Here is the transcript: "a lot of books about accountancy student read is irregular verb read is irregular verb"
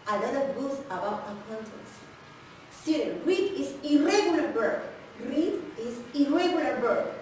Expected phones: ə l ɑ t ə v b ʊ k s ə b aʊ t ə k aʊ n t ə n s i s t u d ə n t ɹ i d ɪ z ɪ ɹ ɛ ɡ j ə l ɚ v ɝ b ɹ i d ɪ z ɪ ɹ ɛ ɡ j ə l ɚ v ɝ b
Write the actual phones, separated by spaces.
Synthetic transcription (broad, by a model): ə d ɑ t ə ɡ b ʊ s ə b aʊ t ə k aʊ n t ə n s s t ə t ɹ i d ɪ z ɪ ɹ ɛ ɡ j ə l ɚ b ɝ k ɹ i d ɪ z ɪ ɹ ɛ ɡ j ə l ɚ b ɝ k